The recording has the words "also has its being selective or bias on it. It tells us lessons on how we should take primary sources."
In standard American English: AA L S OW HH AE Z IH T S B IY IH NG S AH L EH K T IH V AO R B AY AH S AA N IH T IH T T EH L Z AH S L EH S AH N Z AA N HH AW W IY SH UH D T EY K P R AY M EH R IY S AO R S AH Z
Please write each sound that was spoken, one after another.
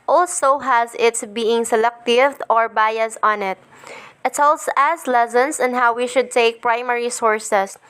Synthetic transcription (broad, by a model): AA L S OW HH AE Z IH T S B IY IH NG S AH L EH K T IH V AO R B AY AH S AA N IH T IH T S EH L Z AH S L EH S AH N S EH N HH AW W IY SH UH D T EY K P R AY M EH R IY S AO R S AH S